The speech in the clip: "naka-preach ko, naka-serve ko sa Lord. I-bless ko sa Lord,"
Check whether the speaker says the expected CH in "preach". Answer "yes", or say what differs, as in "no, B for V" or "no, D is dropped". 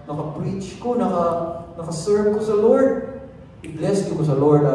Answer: yes